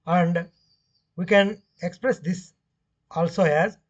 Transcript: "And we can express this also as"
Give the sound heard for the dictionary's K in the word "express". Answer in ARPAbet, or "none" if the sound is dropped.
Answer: K